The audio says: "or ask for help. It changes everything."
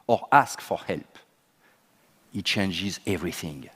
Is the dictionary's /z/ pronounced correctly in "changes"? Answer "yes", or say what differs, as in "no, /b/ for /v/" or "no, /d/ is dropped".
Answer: yes